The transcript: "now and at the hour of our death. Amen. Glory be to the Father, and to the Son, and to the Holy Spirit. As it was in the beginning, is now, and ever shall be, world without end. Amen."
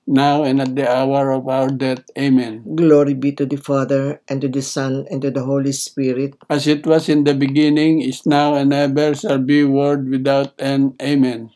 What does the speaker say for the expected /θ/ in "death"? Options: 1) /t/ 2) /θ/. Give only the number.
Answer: 1